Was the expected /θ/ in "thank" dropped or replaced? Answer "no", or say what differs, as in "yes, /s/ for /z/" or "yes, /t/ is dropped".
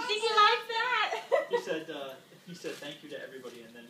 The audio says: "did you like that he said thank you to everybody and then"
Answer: no